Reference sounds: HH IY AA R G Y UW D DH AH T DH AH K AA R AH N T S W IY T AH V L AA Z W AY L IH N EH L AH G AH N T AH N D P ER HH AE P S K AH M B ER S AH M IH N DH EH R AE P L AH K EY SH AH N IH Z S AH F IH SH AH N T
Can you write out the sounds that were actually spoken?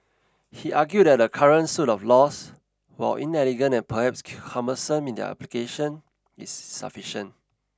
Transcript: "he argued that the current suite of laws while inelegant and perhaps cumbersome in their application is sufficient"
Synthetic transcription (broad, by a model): HH IY AA G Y UW D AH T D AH K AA R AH N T S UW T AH F L AA S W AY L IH N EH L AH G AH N AH N P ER HH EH P S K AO M ER S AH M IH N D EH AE P L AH K EY SH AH N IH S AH F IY SH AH N T